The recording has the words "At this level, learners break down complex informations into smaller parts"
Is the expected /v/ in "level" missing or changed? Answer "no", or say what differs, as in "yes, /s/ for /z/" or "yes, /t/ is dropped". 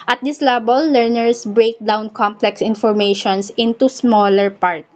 yes, /b/ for /v/